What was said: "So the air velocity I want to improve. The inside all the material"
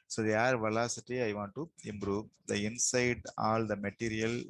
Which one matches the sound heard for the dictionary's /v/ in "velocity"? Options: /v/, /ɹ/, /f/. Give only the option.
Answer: /v/